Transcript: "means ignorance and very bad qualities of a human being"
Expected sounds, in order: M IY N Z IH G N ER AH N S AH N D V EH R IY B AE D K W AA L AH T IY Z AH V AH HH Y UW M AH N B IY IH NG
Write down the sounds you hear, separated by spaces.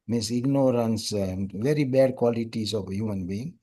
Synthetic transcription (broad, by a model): M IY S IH G N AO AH N S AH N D V EH R IY B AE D K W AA L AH T IY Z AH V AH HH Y UW M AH N B IY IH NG